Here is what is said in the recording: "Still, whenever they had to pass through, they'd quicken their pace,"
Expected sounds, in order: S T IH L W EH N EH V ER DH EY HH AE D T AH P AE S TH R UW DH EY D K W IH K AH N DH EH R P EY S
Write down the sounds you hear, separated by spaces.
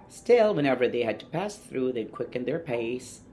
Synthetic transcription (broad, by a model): S T IH L W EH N EH V ER DH EY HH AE D T AH P AE S TH R UW DH EY D K W IH K AH N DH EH R P EY S